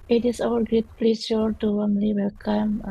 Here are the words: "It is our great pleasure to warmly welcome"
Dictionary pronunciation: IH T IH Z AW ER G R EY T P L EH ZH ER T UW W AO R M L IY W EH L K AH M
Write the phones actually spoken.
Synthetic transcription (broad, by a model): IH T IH S AW ER G R EY T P L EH S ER T UW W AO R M L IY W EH L K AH M